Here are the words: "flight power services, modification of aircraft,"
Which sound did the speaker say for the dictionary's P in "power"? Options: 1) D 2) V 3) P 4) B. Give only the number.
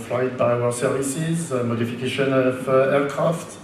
4